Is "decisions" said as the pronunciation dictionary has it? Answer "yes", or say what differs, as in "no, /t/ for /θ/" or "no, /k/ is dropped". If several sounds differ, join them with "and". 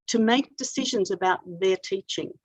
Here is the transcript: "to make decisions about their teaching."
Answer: yes